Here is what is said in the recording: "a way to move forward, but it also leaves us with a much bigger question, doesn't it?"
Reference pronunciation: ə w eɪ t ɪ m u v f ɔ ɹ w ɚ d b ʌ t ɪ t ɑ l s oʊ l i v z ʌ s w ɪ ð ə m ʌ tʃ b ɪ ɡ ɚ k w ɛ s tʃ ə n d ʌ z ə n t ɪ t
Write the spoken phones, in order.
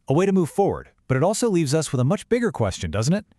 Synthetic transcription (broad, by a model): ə w eɪ t ɪ m u v f ɔ ɹ w ɚ d b ʌ t ɪ t ɑ l s oʊ l i v z ʌ s w ɪ ð ə m ʌ tʃ b ɪ ɡ ɚ k w ɛ s tʃ ə n d ʌ z n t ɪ t